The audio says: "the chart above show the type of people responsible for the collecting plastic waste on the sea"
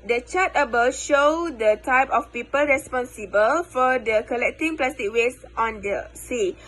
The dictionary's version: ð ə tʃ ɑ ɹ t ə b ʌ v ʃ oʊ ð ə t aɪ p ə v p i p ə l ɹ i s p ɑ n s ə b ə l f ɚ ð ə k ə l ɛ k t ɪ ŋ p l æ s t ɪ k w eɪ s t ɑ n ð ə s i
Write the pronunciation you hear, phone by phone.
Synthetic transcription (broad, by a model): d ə tʃ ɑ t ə b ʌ ʃ oʊ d ə t aɪ p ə f p i p ə l ɹ i s p ɑ n s ə b ə l f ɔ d ə k ə l ɛ k t ɪ ŋ p l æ s t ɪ k w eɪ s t ɑ n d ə s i